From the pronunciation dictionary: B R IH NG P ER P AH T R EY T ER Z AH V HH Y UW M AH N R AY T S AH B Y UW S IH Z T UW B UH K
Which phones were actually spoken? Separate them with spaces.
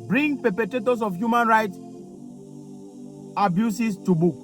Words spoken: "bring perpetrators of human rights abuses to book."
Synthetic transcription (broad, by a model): B R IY NG P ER P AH T EY T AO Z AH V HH Y UW M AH N R AY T AH B Y UW S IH S T UW B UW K